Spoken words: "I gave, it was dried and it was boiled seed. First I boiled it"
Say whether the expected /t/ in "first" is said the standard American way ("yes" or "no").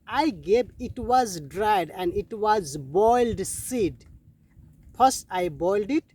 no